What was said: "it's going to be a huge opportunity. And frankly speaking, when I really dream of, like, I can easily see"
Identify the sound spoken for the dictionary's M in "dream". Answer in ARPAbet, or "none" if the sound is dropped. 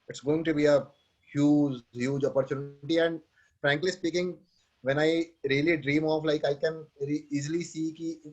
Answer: M